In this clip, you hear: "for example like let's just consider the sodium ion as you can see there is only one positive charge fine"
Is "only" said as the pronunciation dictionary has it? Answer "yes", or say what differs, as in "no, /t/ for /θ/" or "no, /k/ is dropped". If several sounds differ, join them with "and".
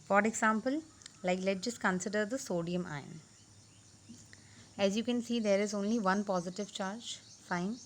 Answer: yes